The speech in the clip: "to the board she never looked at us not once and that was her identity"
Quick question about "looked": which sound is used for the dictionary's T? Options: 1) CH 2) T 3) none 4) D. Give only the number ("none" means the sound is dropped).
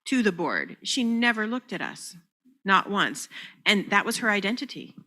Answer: 2